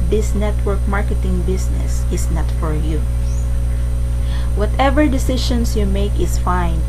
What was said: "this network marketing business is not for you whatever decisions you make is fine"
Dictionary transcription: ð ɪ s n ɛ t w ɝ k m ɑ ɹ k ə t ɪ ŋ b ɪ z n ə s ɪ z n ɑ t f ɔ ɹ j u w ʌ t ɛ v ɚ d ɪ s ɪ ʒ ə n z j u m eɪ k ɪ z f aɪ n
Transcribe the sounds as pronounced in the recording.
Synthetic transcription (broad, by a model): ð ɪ s n ɛ t w ɝ k m ɑ ɹ k ə t ɪ ŋ b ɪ s n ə s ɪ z n ɑ t f ɔ ɹ j u w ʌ t ɛ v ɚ d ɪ s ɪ ʃ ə n s j u m eɪ k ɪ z f aɪ n